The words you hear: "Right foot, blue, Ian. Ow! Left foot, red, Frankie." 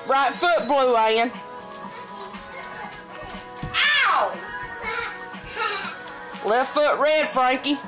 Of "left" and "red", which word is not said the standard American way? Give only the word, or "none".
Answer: left